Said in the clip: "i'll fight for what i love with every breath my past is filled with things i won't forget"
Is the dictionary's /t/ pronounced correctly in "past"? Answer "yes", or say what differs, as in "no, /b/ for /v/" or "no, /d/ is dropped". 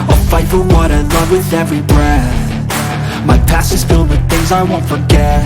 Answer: no, /t/ is dropped